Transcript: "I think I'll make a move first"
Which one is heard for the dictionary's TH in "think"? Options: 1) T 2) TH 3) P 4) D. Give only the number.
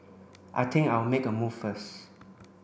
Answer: 1